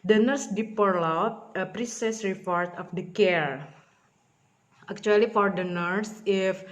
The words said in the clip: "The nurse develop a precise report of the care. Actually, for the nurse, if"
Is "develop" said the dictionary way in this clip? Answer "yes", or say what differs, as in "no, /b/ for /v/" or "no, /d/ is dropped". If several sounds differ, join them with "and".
no, /p/ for /v/